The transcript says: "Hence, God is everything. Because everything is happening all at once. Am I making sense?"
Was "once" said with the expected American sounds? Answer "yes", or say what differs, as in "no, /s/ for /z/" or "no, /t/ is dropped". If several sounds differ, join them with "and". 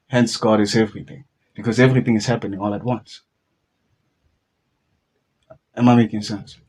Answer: yes